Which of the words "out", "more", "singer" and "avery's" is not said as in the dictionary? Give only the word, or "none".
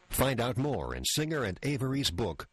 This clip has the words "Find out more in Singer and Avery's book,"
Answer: none